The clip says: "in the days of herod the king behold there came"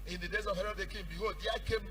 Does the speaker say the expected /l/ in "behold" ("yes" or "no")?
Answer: no